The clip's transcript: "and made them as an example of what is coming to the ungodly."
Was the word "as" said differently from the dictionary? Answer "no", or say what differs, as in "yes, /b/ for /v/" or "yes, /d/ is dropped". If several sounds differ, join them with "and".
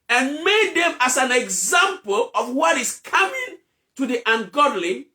yes, /s/ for /z/